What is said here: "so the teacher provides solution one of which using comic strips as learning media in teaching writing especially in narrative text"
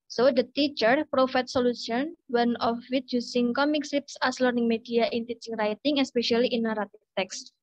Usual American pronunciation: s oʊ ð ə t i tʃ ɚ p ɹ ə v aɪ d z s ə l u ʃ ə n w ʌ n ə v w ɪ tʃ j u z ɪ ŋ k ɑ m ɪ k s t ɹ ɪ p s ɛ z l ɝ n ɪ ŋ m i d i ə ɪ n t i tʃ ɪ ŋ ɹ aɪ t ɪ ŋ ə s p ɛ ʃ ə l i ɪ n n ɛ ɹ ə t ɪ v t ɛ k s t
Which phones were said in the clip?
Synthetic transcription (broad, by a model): s oʊ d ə t i tʃ ɚ p ɹ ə f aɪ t s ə l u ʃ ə n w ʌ n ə f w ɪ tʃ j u s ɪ ŋ k ɑ m ɪ k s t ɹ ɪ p s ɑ s l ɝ n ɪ ŋ m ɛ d i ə ɪ n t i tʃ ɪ ŋ ɹ aɪ t ɪ ŋ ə s p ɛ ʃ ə l i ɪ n n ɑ ɹ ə t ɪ f t ɛ k s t